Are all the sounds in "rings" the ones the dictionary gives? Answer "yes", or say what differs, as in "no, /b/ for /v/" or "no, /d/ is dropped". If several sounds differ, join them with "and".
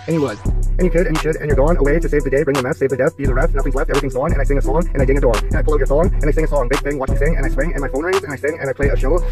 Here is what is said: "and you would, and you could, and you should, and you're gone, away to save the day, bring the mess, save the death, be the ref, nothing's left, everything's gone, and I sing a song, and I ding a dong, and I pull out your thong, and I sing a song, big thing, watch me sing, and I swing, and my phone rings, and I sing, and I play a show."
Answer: no, /ŋ/ is dropped